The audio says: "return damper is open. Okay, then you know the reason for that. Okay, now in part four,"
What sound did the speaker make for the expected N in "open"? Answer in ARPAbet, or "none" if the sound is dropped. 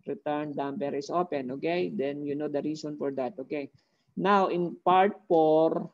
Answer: N